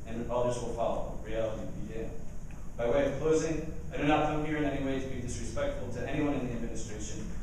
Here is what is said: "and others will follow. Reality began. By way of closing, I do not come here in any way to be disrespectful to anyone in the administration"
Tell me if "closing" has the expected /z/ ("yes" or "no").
yes